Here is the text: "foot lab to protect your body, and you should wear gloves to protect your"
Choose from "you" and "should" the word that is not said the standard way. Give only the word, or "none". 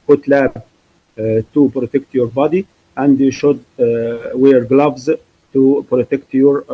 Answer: none